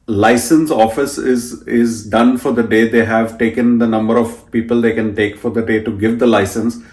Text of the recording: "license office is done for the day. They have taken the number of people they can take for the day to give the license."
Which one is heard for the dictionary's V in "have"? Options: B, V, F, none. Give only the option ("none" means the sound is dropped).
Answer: V